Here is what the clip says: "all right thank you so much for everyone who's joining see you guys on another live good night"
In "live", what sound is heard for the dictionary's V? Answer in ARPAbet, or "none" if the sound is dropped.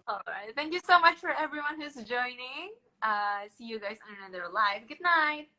V